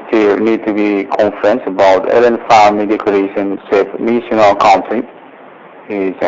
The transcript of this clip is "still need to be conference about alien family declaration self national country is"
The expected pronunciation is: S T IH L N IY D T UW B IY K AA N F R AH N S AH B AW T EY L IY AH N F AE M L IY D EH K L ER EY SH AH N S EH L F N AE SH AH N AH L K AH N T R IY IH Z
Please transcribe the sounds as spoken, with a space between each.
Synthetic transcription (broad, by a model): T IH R N IY D T UW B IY K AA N F R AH N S AH B AW T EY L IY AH N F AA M IY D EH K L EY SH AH N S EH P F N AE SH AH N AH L K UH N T IY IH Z